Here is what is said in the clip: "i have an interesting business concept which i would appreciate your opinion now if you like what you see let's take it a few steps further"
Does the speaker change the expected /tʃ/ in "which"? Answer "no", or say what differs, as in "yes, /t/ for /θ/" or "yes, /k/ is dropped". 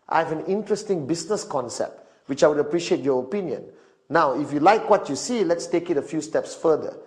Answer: no